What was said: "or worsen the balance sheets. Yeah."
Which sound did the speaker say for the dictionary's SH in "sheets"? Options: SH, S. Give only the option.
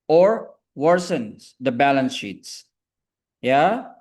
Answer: SH